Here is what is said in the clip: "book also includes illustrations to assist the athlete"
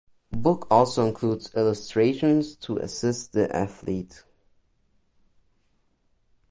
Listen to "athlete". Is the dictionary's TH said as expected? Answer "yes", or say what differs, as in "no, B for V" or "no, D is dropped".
yes